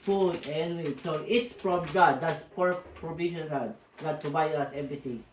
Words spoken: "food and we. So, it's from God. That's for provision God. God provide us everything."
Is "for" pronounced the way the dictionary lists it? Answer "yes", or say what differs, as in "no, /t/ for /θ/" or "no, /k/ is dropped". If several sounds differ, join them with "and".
no, /p/ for /f/